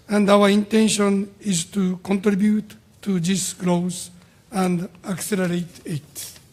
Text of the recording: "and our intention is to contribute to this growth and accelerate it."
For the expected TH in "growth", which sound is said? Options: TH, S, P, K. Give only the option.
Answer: S